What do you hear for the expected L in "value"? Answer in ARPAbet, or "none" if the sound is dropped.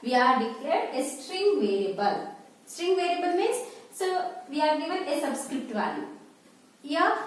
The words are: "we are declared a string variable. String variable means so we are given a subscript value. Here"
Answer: none